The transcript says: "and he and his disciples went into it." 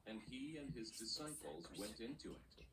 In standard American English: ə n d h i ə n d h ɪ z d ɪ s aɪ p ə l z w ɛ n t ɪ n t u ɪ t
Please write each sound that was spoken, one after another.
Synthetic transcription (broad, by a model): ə n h i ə n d ɪ z d ɪ s aɪ p ə l z w ɛ n t ɪ n t u ɪ t